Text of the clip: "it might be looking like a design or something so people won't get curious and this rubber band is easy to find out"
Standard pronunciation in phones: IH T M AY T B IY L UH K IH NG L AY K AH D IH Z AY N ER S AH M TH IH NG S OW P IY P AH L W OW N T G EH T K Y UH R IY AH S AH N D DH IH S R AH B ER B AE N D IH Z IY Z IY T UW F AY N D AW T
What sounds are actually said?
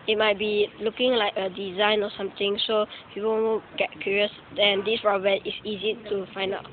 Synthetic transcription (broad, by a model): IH T M AY T B IY L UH K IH NG L AY K AH D IH Z AY N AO S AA M T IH NG S OW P IY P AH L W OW G EH T K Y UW R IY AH S AH N D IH S R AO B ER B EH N IH S IY Z IY T UW F AY N D AW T